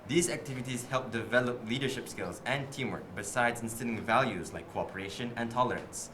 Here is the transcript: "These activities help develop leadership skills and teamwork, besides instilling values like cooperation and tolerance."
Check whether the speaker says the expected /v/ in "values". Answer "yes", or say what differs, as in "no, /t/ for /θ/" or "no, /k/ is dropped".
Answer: yes